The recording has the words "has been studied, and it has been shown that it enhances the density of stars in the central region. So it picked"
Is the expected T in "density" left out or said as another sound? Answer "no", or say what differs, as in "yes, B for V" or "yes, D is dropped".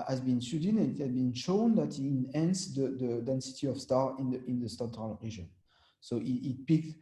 no